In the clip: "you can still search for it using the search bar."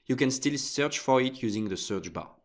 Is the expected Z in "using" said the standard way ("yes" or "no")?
yes